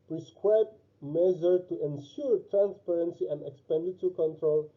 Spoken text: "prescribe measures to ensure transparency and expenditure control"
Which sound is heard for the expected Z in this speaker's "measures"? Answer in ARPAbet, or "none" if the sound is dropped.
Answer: none